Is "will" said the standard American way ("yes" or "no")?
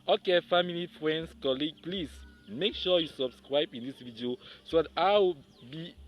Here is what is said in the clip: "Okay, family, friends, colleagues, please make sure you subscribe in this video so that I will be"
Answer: no